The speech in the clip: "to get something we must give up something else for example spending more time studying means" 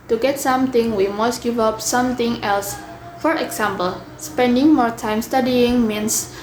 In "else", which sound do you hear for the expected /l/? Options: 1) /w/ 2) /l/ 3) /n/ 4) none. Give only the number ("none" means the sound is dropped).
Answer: 2